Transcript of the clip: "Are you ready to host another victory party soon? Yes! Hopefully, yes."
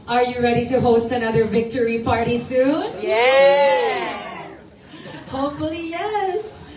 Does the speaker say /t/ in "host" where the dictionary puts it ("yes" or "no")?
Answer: yes